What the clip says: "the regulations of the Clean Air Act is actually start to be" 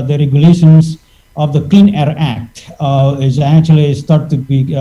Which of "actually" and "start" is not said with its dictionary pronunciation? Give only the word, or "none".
none